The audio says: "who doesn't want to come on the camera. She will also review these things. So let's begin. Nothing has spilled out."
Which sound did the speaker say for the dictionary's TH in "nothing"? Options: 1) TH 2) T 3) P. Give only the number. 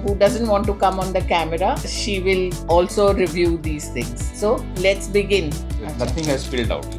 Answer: 2